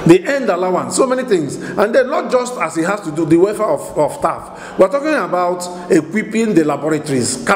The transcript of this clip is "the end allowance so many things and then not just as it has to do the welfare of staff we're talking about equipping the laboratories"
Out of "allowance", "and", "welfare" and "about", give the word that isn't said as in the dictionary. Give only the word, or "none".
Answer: welfare